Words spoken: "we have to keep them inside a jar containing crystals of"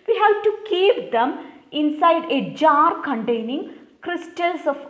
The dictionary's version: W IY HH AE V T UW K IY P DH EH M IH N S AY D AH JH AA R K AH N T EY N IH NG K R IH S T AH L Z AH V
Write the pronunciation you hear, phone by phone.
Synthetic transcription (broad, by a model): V IY HH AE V T UW K IY P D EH M IH N S AY D AH JH AA R K AH N T EY N IH NG K R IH S T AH L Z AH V